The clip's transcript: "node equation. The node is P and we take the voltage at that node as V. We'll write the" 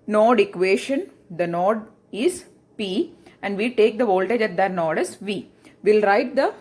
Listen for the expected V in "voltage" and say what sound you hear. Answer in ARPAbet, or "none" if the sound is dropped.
V